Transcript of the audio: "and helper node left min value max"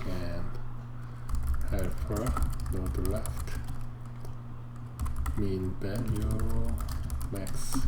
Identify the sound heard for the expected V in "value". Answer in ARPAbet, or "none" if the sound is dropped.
B